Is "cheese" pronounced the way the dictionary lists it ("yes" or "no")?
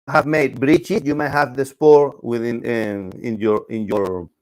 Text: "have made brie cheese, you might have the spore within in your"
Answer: no